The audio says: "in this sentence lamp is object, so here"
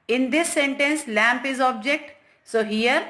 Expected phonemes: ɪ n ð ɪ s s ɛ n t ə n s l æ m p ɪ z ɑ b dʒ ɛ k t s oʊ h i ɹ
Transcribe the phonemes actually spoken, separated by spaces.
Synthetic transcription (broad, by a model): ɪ n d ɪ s s ɛ n t ə n s l æ m p ɪ z ɑ b dʒ ɛ k t s oʊ h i ɹ